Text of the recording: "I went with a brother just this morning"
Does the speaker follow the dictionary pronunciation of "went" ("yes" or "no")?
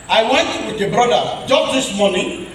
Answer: yes